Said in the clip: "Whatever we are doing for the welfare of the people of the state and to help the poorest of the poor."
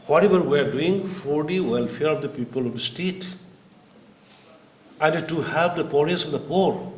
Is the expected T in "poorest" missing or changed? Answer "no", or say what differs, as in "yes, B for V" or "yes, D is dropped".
yes, T is dropped